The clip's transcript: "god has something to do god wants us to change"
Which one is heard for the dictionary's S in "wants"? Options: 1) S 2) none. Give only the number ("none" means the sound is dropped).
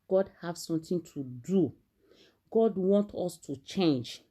2